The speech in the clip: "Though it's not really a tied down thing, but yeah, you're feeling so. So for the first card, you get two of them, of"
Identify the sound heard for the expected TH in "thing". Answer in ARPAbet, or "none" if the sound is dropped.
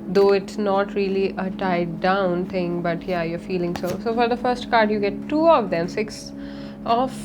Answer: T